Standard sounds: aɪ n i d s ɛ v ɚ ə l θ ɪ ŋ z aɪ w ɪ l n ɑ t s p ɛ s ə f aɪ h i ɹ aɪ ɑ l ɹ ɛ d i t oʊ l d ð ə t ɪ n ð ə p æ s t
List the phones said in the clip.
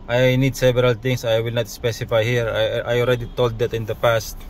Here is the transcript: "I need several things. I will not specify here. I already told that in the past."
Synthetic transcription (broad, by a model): aɪ n i d s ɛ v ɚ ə l t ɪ ŋ s aɪ w ɪ l n ɑ t s p ɛ s ə f aɪ h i ɹ aɪ ɑ l ɹ ɛ d i t oʊ l d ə t ɪ n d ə p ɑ s t